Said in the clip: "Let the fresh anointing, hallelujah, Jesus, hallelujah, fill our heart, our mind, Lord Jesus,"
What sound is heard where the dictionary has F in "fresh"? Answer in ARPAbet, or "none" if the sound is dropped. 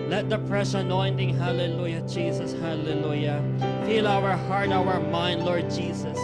P